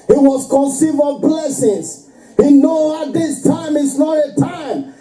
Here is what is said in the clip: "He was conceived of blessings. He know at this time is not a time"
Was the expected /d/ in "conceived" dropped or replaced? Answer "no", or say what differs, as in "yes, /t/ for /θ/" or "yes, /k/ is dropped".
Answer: yes, /d/ is dropped